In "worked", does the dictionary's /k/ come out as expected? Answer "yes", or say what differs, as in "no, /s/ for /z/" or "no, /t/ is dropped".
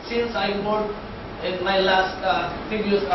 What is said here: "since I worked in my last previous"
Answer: no, /k/ is dropped